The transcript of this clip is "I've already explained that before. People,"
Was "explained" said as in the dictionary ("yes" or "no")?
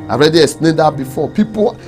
no